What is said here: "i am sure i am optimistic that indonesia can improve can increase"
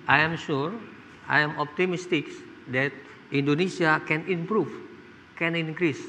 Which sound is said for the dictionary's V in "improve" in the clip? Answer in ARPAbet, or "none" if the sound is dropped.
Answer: F